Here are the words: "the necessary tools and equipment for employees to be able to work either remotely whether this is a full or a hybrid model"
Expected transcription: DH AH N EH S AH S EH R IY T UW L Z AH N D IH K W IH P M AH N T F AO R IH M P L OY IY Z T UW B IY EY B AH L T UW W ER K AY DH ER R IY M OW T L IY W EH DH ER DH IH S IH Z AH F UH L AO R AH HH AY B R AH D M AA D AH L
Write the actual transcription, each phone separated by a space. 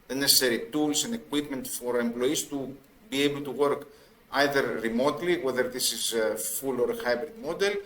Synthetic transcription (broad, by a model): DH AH N EH S AH S EH R IY T UW L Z AH N D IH K W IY P M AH N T F AO R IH M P L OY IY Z T UW B IY EY B AH L T UW W ER K AY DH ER R IY M OW T L IY W EH DH ER DH IH S IH Z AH F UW L AO R AH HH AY B R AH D M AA D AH L